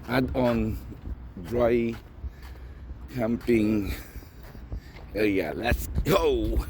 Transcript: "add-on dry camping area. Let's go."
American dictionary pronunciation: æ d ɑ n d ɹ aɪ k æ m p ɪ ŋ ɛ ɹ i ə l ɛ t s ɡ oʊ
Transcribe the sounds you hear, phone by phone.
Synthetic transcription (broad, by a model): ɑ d ɑ n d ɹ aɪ k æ m p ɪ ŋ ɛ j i l ɛ t s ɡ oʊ